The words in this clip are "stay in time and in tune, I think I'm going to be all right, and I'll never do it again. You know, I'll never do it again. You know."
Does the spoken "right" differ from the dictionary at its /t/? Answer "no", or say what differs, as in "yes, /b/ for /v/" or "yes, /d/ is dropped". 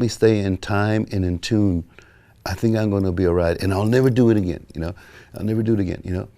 no